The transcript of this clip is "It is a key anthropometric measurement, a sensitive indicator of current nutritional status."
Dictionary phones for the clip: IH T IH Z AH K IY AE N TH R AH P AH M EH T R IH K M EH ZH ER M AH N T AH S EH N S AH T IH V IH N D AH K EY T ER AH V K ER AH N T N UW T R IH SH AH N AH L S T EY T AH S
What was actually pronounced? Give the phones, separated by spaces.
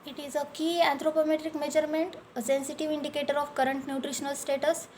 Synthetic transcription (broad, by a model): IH T IH Z AH K IY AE N T R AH P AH M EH T R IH K M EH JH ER M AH N T AH S EH N S AH T IH V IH N D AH K EY T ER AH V K ER AH N T N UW T R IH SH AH N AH L S T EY T AH S